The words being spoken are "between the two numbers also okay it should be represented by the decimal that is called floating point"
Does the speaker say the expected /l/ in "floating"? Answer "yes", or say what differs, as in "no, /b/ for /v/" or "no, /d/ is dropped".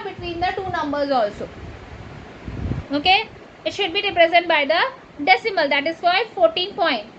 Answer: no, /l/ is dropped